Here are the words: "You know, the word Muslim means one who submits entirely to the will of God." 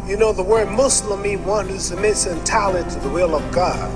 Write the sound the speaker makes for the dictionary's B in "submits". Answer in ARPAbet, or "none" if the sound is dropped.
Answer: none